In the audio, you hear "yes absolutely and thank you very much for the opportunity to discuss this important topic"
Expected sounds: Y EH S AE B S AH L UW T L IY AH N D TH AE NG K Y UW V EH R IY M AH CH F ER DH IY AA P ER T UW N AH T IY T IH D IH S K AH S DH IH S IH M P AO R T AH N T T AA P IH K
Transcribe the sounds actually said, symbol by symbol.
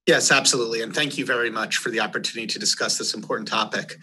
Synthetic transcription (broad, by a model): Y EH S AE B S AH L UW T L IY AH N TH AE NG K Y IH V EH R IY M AH CH F ER DH IY AA P ER T UW N AH T IY T IH D IH S K AH S DH IH S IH M P AO R T N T T AA P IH K